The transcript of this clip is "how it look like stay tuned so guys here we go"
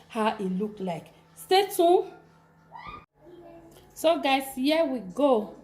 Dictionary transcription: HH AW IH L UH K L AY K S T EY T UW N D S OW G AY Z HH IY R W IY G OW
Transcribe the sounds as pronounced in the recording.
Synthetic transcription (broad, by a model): HH AW IH L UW K L AY K S T EY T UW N S OW G AY S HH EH W IY G OW